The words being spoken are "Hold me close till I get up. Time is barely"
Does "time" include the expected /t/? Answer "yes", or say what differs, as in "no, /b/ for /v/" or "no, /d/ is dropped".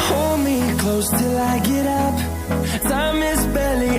no, /s/ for /t/